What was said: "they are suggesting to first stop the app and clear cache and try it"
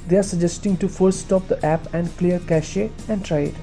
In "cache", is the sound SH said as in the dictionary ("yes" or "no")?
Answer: yes